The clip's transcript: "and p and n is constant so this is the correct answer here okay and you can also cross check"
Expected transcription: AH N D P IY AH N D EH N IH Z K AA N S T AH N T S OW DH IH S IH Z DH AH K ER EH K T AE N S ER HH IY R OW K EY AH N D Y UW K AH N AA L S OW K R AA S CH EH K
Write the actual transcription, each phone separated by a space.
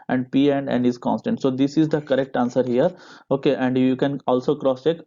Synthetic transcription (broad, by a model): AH N D P IY AH N D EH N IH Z K AA N S T AH N T S OW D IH S IH Z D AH K ER EH K T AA N S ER HH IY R OW K EY AH N D Y UW K AH N AA L S OW K R AA S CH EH K